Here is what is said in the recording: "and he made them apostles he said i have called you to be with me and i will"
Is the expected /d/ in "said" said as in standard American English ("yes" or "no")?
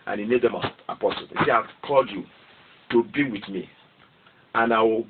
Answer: no